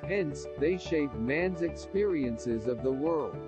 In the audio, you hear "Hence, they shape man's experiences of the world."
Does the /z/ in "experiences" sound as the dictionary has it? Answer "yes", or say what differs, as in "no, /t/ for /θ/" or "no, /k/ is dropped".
yes